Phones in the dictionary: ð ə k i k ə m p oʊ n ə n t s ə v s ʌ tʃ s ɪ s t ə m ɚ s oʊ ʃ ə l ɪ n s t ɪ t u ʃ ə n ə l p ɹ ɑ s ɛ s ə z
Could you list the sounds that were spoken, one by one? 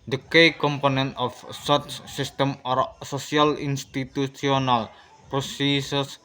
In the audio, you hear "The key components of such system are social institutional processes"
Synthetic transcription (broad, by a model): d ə k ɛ k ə m p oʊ n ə n t ə f s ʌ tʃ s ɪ s t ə m s oʊ s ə l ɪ n s t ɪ t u s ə n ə l p ɹ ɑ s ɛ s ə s